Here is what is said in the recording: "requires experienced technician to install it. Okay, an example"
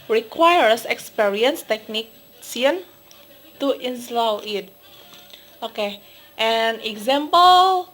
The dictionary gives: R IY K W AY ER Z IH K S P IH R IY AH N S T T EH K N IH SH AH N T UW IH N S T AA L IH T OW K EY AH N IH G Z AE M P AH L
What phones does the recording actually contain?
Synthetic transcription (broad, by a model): R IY K W AY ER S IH K S P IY R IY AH N S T T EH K N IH S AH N T UW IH N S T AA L IH T OW K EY AH N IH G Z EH M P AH L